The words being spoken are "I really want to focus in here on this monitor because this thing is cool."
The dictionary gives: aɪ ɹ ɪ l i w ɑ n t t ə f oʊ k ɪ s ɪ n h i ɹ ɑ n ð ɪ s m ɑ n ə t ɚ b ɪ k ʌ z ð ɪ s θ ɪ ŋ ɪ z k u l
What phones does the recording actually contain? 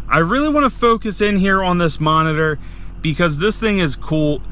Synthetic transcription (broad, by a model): aɪ ɹ ɪ l i w ɑ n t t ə f oʊ k ɪ s ɪ n h i ɹ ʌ n ð ɪ s m ɑ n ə t ɚ b ɪ k ʌ z ð ɪ s θ ɪ ŋ ɪ z k u l